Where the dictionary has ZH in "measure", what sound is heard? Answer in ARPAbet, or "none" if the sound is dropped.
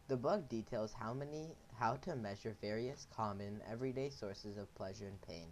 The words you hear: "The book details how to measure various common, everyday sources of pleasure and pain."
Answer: ZH